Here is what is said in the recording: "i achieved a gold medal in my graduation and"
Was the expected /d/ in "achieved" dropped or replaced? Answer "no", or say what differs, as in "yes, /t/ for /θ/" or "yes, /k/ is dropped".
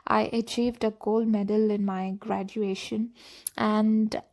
no